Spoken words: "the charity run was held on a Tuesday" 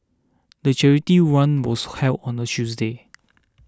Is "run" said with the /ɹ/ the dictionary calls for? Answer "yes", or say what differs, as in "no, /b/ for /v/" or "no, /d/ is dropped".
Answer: no, /w/ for /ɹ/